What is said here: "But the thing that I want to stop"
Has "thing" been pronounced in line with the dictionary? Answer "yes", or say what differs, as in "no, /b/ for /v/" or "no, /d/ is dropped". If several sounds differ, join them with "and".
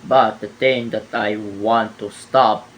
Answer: no, /t/ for /θ/